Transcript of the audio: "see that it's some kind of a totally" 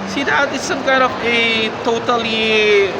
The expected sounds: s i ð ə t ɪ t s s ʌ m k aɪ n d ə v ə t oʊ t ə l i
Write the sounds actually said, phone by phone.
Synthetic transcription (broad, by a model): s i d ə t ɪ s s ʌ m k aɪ d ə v ə t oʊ t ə l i